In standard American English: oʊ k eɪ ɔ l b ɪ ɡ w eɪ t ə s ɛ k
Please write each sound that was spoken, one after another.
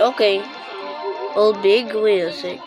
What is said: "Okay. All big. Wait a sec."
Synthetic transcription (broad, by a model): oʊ k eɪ ɔ l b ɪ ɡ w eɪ ə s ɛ